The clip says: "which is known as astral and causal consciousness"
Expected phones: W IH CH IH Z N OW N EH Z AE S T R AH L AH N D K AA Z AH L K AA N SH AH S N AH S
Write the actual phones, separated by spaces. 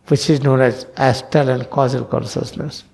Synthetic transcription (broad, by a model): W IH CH IH Z N OW N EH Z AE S T AH L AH N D K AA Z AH L K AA N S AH S N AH S